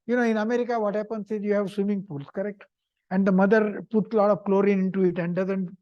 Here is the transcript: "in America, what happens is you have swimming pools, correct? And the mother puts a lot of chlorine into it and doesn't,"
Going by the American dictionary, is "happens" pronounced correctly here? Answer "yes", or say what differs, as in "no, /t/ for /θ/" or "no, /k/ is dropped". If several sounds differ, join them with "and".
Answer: no, /s/ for /z/